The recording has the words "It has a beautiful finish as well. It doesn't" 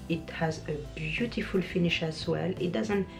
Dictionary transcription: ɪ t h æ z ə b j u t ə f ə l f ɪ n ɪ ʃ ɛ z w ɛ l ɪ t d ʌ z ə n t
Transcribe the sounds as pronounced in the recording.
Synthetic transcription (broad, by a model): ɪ t h æ z ə b j u t ə f ə l f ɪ n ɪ ʃ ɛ s w ɛ l ɪ t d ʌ z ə n t